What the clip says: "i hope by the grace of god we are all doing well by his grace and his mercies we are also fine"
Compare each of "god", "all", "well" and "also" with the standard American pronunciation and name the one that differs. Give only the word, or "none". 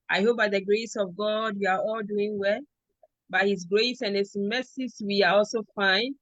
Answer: none